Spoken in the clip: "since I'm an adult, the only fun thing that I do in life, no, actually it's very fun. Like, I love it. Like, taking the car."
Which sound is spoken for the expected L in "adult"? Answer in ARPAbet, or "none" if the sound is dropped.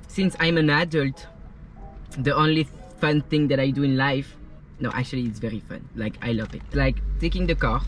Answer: L